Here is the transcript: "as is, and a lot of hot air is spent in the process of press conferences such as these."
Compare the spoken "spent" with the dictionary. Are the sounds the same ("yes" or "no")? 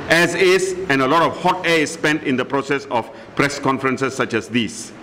yes